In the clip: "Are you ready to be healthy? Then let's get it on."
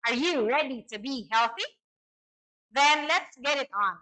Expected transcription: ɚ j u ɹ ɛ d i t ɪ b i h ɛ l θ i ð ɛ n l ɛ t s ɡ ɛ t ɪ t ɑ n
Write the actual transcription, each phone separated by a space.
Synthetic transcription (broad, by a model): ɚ j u ɹ ɛ d i t ɪ b i h ɛ l θ i ð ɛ n l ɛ t s ɡ ɛ t ɪ t n